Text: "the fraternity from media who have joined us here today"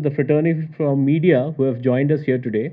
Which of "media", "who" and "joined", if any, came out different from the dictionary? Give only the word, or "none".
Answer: none